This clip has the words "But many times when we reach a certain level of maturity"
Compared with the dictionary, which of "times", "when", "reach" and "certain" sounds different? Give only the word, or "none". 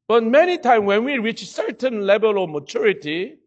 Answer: times